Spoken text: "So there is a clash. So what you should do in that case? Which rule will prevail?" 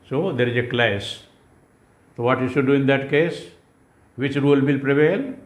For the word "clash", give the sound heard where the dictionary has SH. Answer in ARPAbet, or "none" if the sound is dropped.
S